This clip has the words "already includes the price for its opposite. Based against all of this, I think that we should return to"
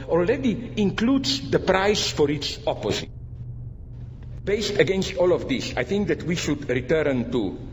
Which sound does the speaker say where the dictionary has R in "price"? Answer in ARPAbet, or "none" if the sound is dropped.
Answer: R